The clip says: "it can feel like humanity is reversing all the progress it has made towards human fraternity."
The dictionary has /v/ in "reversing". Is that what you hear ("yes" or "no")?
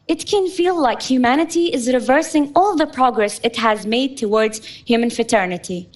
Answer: yes